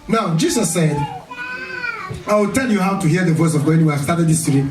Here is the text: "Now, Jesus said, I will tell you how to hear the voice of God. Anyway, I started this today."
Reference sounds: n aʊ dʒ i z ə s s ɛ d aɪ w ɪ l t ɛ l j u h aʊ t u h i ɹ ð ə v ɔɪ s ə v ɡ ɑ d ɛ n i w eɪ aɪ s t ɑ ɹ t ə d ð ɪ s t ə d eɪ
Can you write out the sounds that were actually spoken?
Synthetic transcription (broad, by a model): n aʊ dʒ i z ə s s ɛ d aɪ w ɪ l t ɛ l j u h aʊ t u h i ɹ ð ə v ɔɪ s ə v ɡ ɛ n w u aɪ s t ɑ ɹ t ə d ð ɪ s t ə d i